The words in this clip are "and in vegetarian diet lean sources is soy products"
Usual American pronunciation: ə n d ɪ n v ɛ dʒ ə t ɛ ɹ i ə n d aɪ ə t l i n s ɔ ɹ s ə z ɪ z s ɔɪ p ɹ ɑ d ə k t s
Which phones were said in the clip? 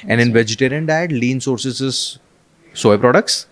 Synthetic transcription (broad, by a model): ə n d ɪ n v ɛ dʒ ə t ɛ ɹ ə n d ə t l i n s ɔ ɹ s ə s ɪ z s ɔɪ p ɹ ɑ d ə k t s